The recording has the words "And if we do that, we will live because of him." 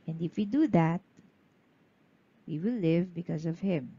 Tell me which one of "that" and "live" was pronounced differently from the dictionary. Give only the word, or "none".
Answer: none